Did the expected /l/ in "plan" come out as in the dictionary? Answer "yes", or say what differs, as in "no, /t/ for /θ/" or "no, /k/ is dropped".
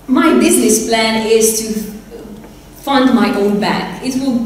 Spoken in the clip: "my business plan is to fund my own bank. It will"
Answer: yes